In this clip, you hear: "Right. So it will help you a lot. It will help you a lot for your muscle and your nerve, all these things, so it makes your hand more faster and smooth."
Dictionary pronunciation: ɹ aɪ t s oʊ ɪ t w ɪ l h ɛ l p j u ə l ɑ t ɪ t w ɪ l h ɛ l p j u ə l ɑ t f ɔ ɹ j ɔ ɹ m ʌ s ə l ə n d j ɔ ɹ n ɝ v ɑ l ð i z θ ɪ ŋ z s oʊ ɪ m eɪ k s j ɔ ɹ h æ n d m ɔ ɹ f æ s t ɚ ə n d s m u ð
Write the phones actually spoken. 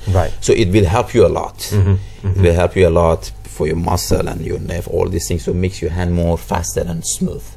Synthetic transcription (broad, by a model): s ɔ t ɪ t w ɪ l h ɛ l p j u ə l ɑ t ɪ t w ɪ l h ɛ l p j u ə l ɑ t f ɔ ɹ j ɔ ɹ m ʌ s ə l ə n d j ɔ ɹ n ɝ f ɑ l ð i s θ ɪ ŋ s oʊ m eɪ k s j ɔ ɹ h æ n d m ɔ ɹ f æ s t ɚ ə n s m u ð